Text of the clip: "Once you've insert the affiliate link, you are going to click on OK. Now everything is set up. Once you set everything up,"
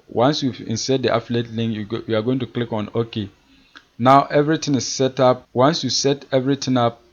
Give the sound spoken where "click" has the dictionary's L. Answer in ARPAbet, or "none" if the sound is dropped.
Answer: L